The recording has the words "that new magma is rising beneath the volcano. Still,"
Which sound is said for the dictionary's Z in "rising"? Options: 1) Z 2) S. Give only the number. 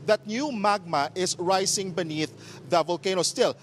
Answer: 2